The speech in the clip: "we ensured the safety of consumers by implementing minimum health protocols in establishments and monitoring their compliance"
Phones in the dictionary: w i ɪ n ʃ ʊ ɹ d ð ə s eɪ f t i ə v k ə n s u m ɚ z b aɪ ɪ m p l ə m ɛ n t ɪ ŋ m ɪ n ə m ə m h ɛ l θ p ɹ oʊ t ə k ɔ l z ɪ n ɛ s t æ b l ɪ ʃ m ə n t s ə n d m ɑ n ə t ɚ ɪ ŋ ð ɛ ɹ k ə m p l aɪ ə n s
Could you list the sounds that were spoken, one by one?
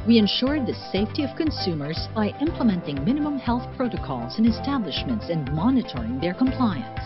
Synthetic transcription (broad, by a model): w i ɪ n ʃ ʊ ɹ d ð ə s eɪ f t i ə v k ə n s u m ɚ z b aɪ ɪ m p l ə m ɛ n t ɪ ŋ m ɪ n ə m ə m h ɛ l θ p ɹ oʊ t ə k ɔ l z ɪ n ɛ s t æ b l ɪ ʃ m ə n t s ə n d m ɑ n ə t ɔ ɪ ŋ ð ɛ ɹ k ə m p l aɪ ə n s